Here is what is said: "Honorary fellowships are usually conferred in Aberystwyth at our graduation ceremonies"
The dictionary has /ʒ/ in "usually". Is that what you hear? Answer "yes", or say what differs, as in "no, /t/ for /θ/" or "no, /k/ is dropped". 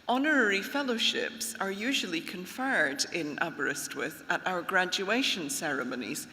yes